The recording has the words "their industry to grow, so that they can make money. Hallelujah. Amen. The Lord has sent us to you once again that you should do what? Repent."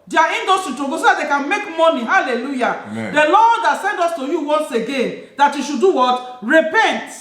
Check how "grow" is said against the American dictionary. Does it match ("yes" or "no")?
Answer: no